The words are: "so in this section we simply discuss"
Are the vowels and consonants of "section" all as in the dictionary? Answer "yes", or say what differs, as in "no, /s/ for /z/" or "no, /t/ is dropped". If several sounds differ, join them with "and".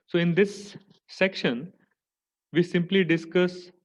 yes